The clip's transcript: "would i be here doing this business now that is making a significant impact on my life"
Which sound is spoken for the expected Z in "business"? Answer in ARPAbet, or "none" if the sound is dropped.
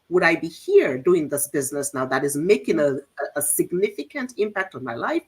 Z